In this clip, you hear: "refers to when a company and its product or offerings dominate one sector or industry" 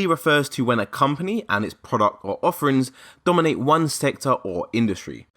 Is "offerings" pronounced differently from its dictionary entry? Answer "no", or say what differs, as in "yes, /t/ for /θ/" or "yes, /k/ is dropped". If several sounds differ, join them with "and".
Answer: no